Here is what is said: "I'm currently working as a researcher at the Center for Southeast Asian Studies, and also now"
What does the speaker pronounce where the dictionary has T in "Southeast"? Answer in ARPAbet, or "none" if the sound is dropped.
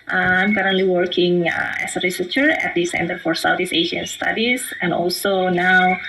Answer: none